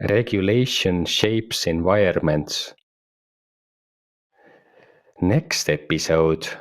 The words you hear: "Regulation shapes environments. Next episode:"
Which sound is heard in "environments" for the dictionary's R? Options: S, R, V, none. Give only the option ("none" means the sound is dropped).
none